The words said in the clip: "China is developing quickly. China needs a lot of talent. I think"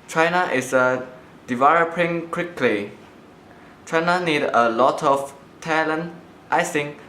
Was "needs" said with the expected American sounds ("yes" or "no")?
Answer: no